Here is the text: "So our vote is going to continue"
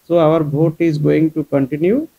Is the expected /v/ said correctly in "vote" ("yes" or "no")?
no